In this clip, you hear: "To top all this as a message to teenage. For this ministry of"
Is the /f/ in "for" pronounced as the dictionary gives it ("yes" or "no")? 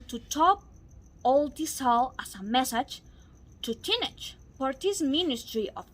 no